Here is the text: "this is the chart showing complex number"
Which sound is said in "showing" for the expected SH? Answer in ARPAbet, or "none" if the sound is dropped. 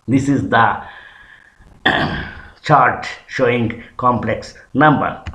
SH